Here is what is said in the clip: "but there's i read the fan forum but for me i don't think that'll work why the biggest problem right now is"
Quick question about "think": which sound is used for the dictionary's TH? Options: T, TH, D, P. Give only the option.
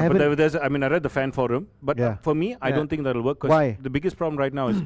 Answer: T